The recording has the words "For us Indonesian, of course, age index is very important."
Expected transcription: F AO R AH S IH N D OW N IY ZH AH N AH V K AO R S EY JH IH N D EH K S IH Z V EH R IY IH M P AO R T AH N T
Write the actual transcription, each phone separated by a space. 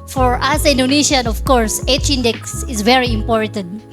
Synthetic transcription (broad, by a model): F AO R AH S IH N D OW N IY SH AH N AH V K AO R S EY CH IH N D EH K S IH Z V EH R IY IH M P AO R T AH N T